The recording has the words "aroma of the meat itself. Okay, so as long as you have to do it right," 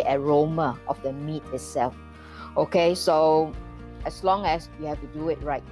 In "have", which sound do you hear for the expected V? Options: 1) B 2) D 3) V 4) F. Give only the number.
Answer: 4